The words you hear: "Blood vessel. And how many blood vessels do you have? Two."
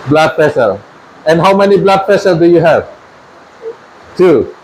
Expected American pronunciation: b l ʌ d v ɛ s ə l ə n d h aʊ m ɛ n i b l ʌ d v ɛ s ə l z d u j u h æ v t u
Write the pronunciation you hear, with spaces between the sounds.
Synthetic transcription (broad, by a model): b l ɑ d p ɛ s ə l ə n h aʊ m ɛ n i b l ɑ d p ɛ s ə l d u j u h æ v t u